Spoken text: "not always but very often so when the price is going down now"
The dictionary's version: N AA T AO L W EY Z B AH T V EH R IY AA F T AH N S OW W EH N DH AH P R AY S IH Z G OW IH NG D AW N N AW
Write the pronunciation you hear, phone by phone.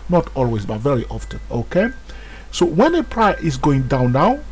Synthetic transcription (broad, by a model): N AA T AO L W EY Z B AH T V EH R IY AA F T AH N S OW W EH N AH P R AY IH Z G OW IH NG D AW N N AW